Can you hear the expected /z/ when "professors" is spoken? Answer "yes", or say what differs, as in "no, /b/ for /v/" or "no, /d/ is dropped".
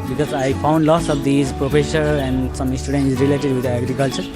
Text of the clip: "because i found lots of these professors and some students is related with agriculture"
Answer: no, /z/ is dropped